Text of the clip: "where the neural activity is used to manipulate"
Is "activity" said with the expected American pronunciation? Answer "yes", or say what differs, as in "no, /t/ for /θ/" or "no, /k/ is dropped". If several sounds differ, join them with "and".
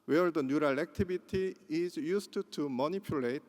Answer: no, /b/ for /v/